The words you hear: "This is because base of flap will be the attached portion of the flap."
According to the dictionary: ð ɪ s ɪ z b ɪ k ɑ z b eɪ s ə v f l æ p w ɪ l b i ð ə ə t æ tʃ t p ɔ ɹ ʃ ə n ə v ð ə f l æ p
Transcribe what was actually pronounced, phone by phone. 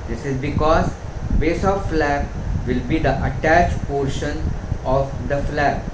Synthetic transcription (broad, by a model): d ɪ s ɪ z b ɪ k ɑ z b eɪ s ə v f l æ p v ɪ l b i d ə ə t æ tʃ p ɔ ɹ ʃ ə n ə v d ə f l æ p